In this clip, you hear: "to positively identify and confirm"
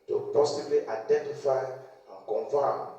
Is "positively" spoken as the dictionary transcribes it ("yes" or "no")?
no